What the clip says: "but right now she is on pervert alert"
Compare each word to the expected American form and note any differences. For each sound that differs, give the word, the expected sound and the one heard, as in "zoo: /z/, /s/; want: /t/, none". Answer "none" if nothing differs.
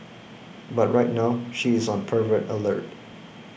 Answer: none